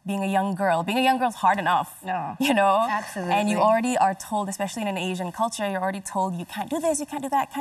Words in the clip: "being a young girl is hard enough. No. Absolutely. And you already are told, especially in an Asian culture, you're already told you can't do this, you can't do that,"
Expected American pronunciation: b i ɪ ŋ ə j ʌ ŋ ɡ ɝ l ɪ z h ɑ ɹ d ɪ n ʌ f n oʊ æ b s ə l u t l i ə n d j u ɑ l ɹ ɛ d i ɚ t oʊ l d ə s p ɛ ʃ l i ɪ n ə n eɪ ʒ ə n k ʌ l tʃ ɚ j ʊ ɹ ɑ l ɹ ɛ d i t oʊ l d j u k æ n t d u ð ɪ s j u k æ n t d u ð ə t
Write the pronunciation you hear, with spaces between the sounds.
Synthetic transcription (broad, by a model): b i ɪ ŋ ə j ʌ ŋ ɡ ɝ l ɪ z h ɑ ɹ d ɪ n ʌ f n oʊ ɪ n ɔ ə æ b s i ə n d j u ɑ l ɹ ɛ d i ɚ t oʊ l d ə s p ɛ ʃ l i ɪ n ə n eɪ ʒ ə n k ʌ l tʃ ɚ j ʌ ɹ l ɹ ɛ d i t oʊ l d j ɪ k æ n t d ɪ ð ɪ s j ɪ k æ n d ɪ ð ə t